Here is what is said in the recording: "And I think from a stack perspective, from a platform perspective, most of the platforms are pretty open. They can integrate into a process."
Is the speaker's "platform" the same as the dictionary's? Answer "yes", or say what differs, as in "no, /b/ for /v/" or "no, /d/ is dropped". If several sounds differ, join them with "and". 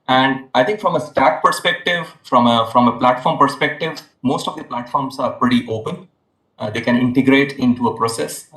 yes